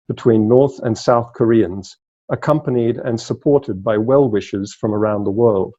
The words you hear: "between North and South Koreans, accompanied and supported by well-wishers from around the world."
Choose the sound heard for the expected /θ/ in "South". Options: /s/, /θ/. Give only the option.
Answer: /θ/